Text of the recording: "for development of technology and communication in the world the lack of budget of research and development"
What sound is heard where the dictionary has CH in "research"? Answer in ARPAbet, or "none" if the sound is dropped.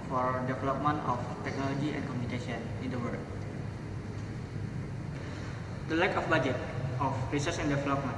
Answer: S